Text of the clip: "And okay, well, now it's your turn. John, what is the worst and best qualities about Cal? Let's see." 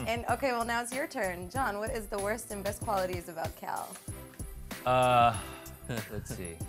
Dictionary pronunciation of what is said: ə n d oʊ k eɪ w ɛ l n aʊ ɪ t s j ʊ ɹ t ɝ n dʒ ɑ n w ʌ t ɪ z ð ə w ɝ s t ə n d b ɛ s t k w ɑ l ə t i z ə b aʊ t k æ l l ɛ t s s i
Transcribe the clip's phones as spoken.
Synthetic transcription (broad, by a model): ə n oʊ k eɪ w ɛ l n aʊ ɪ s j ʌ ɹ t ɝ n dʒ ɑ n w ʌ t ɪ z ð ə w ɝ s t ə n b ɛ s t k w ɑ l ə t i z ə b aʊ t k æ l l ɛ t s s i